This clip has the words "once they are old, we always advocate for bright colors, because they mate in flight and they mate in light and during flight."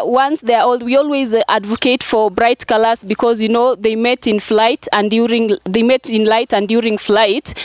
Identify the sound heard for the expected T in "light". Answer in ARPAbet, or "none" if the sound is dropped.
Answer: T